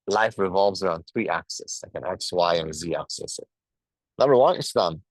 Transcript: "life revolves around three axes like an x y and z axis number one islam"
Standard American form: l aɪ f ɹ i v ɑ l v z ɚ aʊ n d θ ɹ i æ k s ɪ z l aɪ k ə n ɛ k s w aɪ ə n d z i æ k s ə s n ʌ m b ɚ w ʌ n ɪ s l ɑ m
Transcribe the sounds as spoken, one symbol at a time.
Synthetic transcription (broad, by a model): l aɪ f ɹ i v ɑ l v z ɚ aʊ n d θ ɹ i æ k s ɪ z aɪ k ə n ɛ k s w aɪ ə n z i æ k s ə s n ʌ m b ɚ w ʌ n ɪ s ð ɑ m